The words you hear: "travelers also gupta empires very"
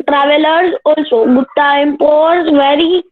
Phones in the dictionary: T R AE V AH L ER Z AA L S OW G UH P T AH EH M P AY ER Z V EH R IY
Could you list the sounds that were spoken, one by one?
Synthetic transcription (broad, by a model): T R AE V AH L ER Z AA L S OW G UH T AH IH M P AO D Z V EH R IY